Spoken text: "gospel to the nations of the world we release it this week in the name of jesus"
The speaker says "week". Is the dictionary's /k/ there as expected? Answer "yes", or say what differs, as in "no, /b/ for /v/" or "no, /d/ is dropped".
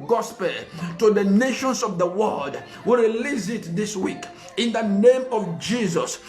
yes